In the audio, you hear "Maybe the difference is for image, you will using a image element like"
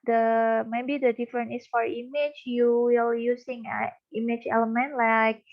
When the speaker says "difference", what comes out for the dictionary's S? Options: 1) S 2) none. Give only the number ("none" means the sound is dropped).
2